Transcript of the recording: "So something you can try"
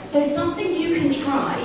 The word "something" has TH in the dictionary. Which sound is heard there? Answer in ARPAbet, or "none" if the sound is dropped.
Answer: TH